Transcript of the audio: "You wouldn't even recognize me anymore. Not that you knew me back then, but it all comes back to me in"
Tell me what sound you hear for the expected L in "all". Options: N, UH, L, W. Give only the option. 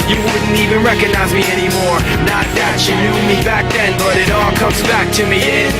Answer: L